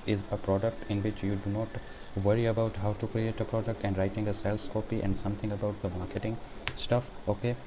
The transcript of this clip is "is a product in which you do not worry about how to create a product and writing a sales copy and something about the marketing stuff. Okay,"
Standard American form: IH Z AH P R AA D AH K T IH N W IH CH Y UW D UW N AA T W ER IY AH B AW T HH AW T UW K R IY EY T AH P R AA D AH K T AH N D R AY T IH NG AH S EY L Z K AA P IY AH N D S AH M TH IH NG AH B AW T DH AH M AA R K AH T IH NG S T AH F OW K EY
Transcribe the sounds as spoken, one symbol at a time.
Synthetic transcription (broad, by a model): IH Z AH P R AA D AH K T IH N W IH CH Y UW D UW N AA T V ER IY AH B AW T HH AW T UW K R IY EY T AH P R AA D AH K T AH N D R AY T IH NG AH S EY L S K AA P IY AH N D S AH M T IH NG AH B AW T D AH M AA R K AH T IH NG S T AH F OW K EY